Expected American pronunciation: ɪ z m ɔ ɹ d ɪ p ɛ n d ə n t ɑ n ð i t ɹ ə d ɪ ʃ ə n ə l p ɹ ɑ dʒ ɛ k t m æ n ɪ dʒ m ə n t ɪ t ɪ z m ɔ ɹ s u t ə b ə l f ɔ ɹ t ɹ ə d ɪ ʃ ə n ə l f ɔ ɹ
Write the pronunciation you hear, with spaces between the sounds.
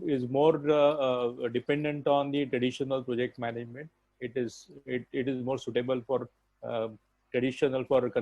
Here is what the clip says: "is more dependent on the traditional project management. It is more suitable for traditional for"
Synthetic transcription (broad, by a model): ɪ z m ɔ ɹ d ɪ p ɛ n d ə n t ɑ n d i t ɹ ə d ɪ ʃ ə n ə l p ɹ ɑ dʒ ɛ k t m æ n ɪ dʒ m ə n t ɪ t ɪ z m ɔ ɹ s u t ə b ə l f ɔ ɹ t ɹ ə d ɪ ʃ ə n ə l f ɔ ɹ